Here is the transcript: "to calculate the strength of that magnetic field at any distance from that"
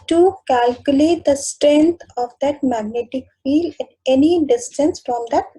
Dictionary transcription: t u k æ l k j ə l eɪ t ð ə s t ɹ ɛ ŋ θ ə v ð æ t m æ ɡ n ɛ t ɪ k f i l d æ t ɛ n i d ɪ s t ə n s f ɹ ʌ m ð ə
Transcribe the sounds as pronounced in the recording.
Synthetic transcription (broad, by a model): t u k æ l k j ə l eɪ t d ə s t ɹ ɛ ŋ t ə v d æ t m æ ɡ n ɛ t ɪ k f i l d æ t ɛ n i d ɪ s t ə n s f ɹ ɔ m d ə